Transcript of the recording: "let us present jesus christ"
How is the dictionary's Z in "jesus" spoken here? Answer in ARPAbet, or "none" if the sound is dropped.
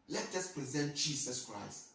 S